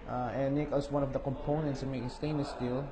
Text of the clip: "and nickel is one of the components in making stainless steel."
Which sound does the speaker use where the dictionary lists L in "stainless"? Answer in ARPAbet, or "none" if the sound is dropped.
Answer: none